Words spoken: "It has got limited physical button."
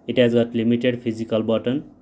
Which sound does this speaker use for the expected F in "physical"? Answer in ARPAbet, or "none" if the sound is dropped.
P